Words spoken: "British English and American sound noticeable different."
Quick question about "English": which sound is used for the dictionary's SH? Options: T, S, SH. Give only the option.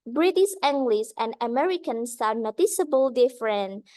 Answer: S